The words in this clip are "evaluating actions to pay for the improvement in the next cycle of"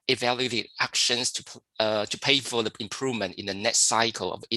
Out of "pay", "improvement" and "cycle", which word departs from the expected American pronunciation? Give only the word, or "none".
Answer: none